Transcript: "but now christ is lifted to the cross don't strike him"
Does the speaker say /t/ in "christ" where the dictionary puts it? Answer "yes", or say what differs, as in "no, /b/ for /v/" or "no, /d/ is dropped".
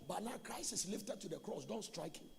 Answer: no, /t/ is dropped